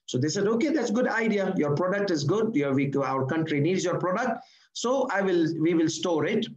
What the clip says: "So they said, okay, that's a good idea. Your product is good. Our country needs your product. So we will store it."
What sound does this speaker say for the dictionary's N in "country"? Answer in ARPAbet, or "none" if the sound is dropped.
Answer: N